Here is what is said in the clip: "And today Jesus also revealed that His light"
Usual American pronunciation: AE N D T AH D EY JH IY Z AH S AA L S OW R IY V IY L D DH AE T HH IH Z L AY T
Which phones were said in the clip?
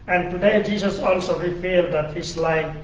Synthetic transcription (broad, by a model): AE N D T AH D EY JH IY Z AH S AA L S OW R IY F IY L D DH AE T HH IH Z L AY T